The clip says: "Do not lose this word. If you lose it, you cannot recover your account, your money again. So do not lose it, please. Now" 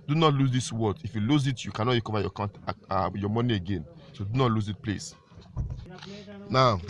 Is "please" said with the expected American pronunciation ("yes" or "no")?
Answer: no